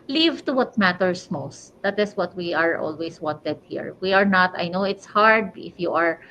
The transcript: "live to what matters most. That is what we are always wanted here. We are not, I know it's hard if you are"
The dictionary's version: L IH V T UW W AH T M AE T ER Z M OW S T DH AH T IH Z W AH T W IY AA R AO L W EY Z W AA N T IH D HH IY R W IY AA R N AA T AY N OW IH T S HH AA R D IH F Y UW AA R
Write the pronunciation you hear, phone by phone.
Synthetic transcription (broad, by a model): L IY V T UW W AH T M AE T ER S M OW S T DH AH T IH S W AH T W IY AA R AO L W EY S W AA N T IH D HH IY R W IY AA R N AA T AY N OW IH T S HH AA R D IH F Y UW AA R